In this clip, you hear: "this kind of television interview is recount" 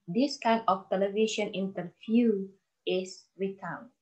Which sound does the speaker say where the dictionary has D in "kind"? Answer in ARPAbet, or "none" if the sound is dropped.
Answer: none